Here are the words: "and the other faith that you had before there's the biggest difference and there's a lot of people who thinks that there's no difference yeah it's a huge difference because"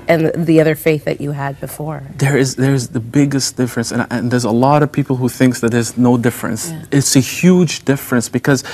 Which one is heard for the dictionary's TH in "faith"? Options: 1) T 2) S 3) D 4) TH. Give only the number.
4